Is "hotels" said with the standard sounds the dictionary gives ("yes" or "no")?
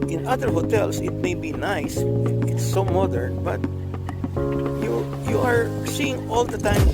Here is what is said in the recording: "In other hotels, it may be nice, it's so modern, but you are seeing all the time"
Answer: no